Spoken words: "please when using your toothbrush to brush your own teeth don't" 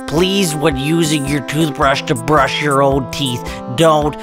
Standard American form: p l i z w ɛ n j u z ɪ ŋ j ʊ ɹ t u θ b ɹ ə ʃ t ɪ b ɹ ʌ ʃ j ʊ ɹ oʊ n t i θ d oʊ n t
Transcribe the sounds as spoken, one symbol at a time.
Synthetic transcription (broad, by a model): p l i z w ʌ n j u z ɪ ŋ j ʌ ɹ t u θ b ɹ ə ʃ t ɪ b ɹ ʌ ʃ j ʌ ɹ oʊ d t i θ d oʊ n t